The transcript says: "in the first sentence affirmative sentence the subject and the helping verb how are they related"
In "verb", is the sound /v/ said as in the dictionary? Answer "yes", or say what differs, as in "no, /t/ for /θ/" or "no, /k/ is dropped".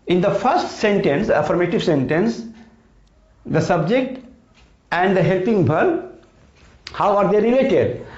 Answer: no, /b/ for /v/